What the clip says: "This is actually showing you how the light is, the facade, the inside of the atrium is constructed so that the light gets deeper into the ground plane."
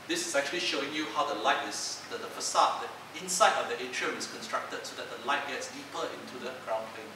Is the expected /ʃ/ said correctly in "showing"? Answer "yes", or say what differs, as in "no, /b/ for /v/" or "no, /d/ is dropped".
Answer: yes